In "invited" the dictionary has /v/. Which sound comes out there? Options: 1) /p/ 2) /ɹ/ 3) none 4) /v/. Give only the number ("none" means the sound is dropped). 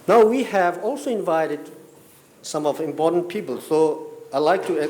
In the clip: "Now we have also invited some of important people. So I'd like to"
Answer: 4